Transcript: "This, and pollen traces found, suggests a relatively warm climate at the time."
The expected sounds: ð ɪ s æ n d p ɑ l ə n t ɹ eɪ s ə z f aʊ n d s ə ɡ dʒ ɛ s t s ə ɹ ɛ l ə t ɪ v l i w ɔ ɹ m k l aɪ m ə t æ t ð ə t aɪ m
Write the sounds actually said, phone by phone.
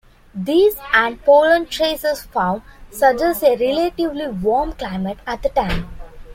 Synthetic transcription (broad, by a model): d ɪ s æ n d p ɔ l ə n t ɹ eɪ s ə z f aʊ n d s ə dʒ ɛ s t ə ɹ ɛ l ə t ɪ v l i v ɔ ɹ m k l aɪ m ə t æ t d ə t aɪ m